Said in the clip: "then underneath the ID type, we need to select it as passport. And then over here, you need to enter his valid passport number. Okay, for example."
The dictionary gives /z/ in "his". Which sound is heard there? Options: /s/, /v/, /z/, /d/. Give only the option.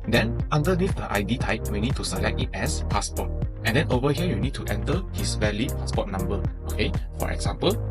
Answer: /s/